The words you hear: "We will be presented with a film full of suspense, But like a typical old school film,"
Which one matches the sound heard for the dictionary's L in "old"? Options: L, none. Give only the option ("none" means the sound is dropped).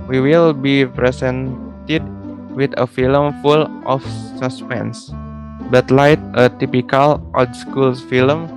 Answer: none